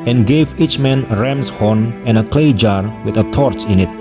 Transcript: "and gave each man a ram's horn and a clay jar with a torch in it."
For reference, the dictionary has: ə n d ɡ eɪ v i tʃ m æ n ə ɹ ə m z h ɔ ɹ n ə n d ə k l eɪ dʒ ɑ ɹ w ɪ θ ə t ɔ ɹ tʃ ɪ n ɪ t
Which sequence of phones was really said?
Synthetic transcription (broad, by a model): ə n ɡ eɪ v i tʃ m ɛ n ə ɹ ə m s h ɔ n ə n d ə k l eɪ dʒ ɑ ɹ w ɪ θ ə t ɔ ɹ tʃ ɪ n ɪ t